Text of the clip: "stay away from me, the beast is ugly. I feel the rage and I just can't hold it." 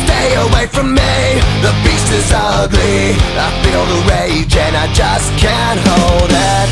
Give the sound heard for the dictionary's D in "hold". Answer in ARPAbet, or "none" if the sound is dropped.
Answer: D